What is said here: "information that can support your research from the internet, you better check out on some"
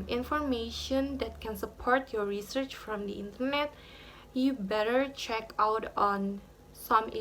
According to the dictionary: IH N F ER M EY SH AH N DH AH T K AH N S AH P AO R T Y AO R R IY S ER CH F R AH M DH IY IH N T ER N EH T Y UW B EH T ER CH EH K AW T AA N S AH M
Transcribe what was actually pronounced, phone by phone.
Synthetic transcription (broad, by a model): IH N F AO M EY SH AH N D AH T K AH N S AH P AO R T Y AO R R IY S ER CH F R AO M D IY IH N T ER N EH T Y UW B EH T ER CH EH K AW T AA N S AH M